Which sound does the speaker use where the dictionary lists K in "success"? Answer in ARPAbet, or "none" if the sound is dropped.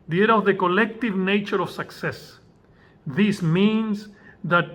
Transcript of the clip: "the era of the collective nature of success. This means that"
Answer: K